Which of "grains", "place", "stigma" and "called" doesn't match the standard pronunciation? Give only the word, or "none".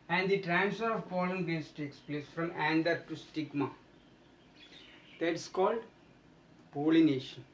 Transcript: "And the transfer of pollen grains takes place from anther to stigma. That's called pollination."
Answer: grains